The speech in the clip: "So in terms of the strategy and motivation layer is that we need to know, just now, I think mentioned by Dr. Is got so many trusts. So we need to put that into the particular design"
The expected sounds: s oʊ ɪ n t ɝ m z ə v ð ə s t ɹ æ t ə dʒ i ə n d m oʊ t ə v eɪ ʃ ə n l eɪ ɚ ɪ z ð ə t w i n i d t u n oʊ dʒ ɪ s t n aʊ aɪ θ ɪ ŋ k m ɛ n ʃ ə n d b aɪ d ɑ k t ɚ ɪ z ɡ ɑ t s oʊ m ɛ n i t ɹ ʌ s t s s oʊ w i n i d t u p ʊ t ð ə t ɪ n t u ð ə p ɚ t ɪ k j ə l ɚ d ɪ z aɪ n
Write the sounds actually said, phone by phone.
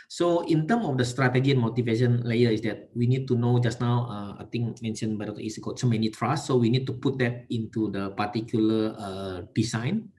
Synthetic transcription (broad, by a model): s oʊ ɪ n t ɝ m ə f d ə s t ɹ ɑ t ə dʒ i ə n m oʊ t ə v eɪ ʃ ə n l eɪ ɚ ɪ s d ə t w i n i d t u n oʊ dʒ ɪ s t n aʊ aɪ t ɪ ŋ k m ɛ n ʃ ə n b aɪ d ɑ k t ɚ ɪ s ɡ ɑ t s oʊ m ɛ n i t ɹ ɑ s s s oʊ w i n i d t u p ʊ t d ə t ɪ n t u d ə p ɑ t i k j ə l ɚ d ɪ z aɪ n